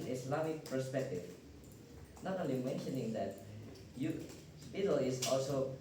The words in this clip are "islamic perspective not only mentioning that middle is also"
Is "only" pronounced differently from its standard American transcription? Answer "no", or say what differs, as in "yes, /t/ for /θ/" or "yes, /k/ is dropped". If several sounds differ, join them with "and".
no